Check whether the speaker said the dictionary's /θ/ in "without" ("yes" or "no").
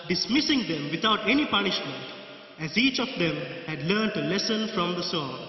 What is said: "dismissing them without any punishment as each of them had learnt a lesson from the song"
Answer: no